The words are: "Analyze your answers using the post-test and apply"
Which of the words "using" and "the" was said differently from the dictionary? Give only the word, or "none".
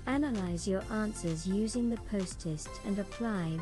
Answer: none